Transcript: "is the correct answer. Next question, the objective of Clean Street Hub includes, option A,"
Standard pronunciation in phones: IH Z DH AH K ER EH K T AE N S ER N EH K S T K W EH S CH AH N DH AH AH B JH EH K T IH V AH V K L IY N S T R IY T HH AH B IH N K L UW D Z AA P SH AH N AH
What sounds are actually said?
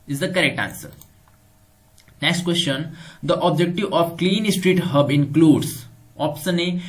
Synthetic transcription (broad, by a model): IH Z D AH K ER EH K T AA N S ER N EH K S T K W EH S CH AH N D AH AH B JH EH K T IH V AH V K L IY N S T R IY T HH AH B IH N K L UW D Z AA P S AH N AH